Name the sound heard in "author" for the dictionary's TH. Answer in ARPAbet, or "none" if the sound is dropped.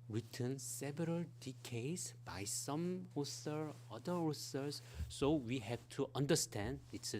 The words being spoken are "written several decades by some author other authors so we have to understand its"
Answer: S